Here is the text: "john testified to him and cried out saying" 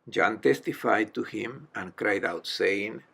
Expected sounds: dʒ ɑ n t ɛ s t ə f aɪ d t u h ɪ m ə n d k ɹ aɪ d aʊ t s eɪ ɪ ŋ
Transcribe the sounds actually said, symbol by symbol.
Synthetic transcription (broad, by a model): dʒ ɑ n t ɛ s t ə f aɪ d t u h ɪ m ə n k ɹ aɪ d aʊ t s eɪ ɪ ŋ